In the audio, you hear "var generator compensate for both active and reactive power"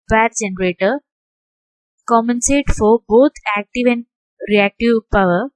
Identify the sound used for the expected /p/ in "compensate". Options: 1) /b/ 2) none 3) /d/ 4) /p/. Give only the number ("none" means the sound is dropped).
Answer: 2